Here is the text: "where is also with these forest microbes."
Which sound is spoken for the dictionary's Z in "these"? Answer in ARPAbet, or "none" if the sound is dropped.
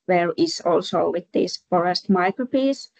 S